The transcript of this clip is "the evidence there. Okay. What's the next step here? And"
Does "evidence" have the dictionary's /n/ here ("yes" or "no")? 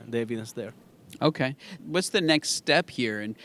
no